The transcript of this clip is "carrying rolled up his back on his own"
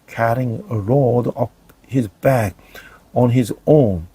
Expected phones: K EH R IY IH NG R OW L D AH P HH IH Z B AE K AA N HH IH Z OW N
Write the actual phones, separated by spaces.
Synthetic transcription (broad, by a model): K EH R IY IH NG R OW D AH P HH IH Z B AE K AA N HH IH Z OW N